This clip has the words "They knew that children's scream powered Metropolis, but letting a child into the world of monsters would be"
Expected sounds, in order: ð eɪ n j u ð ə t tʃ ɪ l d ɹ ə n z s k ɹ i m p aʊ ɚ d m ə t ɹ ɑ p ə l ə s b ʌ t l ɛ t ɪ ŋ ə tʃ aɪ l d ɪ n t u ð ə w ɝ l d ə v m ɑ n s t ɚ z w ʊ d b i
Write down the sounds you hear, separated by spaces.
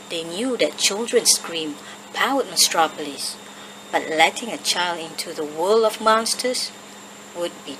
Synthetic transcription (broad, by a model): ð eɪ n j u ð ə t tʃ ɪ l d ɹ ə n s k ɹ i m p aʊ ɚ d m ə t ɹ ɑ p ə l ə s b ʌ t l ɛ t ɪ ŋ ə tʃ aɪ l d ɪ n t u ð ə w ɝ l ə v m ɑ n s t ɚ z w ʊ d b i